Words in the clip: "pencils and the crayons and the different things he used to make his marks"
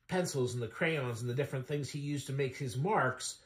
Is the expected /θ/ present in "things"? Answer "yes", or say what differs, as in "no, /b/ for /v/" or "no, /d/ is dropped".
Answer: yes